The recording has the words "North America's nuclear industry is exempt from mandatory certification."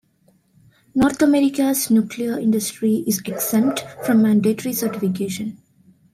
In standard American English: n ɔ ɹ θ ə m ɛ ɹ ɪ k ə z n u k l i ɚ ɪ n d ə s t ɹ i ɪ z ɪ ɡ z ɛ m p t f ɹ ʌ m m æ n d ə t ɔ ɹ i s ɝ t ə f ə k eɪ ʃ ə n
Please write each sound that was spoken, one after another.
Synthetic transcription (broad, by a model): n ɔ ɹ t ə m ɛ ɹ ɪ k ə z n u k l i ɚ ɪ n d ə s t ɹ i ɪ z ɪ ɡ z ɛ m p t f ɹ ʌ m m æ n d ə t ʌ ɹ i s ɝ t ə f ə k eɪ ʃ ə n